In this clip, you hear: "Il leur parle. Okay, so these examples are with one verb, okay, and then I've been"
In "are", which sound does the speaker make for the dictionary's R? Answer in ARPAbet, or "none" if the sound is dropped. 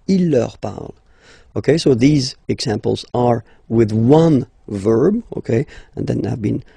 R